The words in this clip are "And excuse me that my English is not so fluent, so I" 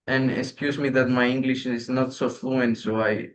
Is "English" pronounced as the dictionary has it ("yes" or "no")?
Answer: yes